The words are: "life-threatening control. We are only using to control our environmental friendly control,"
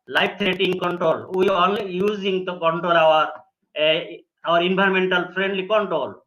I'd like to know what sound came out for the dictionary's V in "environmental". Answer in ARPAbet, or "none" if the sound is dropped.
B